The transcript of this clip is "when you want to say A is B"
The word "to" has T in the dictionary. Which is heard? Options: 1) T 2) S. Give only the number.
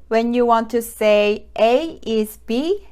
2